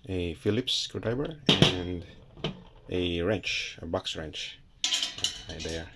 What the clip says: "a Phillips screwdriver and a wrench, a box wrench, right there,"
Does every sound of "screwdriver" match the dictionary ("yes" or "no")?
no